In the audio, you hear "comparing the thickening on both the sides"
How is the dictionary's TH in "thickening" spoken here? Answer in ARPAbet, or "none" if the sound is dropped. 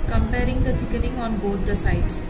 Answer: T